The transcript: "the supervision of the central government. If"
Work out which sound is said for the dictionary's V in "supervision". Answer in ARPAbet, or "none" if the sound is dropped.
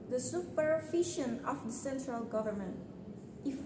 F